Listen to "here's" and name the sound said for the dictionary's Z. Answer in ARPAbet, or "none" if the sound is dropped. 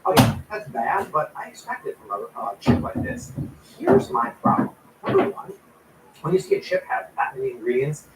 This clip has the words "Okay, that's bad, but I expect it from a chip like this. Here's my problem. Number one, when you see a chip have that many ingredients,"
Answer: Z